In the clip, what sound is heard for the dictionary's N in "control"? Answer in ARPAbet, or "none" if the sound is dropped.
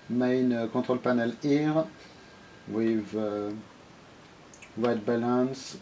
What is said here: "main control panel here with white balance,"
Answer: none